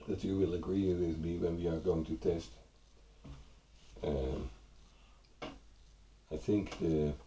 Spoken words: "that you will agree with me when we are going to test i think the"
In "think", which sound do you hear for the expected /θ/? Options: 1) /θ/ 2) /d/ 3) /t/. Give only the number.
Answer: 1